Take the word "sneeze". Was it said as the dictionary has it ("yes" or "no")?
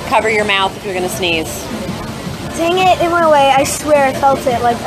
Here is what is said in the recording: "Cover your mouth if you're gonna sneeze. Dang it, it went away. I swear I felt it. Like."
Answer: yes